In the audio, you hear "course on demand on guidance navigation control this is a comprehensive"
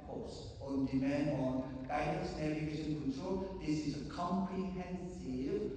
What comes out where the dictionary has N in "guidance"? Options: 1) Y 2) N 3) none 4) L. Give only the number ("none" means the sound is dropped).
3